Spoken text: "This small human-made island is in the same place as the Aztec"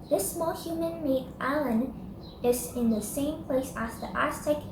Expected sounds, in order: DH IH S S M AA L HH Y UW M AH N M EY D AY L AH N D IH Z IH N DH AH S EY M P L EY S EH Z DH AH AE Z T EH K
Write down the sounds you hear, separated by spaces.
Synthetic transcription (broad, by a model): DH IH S S M AA L HH Y UW M AH N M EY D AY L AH N IH Z IH N DH AH S EY M P L EY S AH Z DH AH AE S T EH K